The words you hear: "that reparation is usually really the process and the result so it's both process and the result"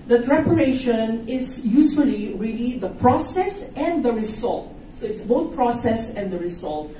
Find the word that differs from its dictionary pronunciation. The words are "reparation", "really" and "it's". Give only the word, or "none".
none